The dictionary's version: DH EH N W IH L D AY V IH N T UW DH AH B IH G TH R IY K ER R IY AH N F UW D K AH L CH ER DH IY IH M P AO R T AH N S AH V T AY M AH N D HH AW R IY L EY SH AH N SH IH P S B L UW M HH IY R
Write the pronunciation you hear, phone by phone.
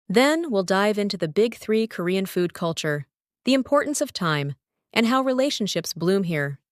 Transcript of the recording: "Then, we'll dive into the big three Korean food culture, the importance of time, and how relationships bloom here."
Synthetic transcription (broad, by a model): DH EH N W IH L D AY V IH N T UW DH AH B IH G TH R IY K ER R IY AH N F UW D K AH L CH ER DH IY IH M P AO R T N S AH V T AY M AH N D HH AW R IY L EY SH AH N SH IH P S B L UW M HH IY R